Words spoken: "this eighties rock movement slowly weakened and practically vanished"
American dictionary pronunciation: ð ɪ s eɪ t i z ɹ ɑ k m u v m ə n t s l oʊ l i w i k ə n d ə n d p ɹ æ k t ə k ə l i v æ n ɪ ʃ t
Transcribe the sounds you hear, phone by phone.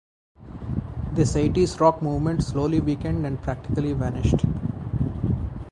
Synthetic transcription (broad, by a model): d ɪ s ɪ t i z ɹ ɑ k m u v m ə n t s l oʊ l i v i k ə n d ə n d p ɹ æ k t ə k ə l i v æ n ɪ ʃ t